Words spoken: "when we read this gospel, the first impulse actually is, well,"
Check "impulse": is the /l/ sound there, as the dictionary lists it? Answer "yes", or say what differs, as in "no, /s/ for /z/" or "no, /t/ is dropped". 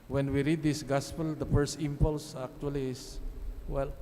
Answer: yes